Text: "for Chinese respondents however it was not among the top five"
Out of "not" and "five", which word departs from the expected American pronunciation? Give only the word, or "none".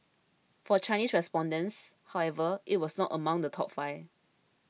five